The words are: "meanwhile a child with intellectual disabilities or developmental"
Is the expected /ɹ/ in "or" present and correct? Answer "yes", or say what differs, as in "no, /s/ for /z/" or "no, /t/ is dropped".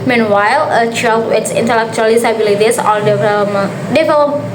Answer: no, /l/ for /ɹ/